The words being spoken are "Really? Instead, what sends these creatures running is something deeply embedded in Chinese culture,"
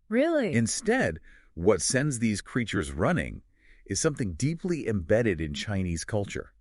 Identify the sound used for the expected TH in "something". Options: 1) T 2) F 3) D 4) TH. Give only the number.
4